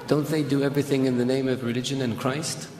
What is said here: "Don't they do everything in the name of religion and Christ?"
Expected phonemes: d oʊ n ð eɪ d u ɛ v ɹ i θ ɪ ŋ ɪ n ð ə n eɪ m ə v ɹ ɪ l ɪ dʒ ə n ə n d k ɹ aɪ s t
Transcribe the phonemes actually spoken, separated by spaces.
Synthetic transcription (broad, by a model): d oʊ n ð eɪ d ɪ ɛ v ɹ i θ ɪ ŋ ɪ n ð ə n eɪ m ə v ɹ ɪ l ɪ dʒ ə n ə n k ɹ aɪ s t